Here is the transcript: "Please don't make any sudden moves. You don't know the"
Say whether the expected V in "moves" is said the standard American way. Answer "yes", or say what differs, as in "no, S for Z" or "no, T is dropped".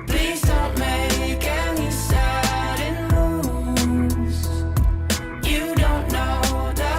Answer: no, V is dropped